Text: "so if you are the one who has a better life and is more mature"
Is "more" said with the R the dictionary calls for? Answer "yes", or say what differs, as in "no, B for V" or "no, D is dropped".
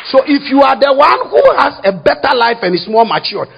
no, L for R